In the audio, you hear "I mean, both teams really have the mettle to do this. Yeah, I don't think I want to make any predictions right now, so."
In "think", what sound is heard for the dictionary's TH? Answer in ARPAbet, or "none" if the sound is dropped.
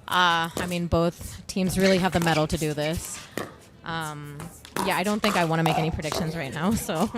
TH